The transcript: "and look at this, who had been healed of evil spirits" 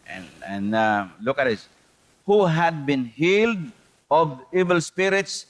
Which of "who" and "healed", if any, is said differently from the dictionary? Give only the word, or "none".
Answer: none